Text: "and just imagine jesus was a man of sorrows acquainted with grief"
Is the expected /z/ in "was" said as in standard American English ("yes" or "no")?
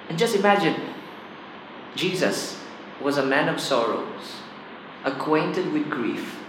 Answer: yes